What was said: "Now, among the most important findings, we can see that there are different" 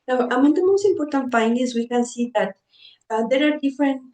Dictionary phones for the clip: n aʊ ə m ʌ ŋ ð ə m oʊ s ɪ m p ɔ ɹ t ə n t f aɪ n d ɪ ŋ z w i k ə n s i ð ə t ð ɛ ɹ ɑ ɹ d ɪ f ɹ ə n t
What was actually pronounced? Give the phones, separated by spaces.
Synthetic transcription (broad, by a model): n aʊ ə m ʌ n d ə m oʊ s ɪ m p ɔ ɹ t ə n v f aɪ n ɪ z w i k ə n s i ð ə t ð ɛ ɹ ɑ ɹ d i f ɹ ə n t